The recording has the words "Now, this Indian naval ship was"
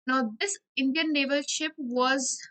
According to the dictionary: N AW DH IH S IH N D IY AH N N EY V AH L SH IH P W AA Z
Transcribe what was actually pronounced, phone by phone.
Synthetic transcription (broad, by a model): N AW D IH S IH N D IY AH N N EY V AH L SH IH P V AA Z